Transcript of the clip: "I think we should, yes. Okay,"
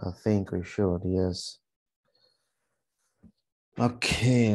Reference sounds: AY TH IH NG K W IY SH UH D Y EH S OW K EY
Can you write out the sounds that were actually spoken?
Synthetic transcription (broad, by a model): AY TH IH NG K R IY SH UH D Y EH S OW K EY